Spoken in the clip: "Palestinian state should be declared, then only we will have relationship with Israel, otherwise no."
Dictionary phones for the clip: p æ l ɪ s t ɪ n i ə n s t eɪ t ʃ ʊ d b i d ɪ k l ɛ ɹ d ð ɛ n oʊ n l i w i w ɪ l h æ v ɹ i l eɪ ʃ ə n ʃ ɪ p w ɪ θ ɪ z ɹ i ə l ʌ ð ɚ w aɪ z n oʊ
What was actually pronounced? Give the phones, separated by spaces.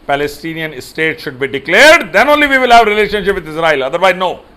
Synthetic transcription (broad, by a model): p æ l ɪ s t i n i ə n s t eɪ t ʃ ʊ d b i d ɪ k l ɛ ɹ d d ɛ n oʊ n l i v i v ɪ l h æ v ɹ i l eɪ ʃ ə n ʃ ɪ p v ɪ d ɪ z ɹ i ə l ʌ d ɚ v aɪ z n oʊ